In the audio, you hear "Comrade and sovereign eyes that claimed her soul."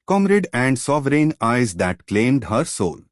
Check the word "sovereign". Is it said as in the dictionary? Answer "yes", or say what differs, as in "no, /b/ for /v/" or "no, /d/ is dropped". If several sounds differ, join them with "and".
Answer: yes